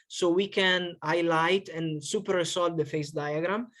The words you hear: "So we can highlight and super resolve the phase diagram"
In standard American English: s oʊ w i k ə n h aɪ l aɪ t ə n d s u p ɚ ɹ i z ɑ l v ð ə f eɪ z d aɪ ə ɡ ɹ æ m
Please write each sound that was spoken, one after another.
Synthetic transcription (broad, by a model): s oʊ w i k ə n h aɪ l aɪ t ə n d s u p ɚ ɹ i s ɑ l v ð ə f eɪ s d aɪ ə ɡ ɹ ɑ m